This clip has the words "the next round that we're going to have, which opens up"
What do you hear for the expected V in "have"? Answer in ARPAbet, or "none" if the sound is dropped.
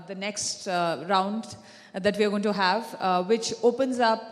V